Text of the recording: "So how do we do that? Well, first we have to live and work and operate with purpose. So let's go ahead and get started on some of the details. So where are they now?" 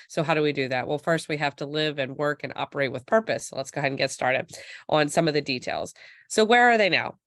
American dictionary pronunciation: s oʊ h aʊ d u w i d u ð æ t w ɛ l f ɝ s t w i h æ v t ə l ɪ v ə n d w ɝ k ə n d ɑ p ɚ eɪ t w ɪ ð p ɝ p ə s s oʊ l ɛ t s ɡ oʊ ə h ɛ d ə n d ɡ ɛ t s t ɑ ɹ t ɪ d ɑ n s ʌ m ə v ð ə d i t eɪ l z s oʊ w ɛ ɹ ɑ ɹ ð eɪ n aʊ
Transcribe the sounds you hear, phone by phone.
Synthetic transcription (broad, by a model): s oʊ h aʊ d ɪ w i d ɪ ð æ t w ɛ l f ɝ s t w i h æ f t ə l ɪ v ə n w ɝ k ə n ɑ p ɚ eɪ t w ɪ ð p ɝ p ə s s oʊ l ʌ t s ɡ oʊ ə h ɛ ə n ɡ ɛ t s t ɑ ɹ t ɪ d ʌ n s ʌ m ə v ð ə d i t eɪ l z s oʊ w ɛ ɹ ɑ ɹ ð eɪ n aʊ